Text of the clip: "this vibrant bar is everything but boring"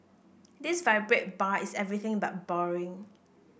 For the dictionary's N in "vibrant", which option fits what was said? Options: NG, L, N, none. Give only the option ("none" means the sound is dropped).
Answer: none